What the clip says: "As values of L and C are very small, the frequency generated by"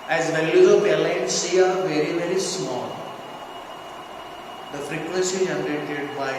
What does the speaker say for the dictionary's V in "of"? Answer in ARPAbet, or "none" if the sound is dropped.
P